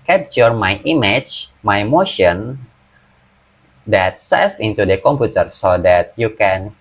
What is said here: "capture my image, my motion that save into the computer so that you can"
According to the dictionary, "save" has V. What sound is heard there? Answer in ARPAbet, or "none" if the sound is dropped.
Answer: F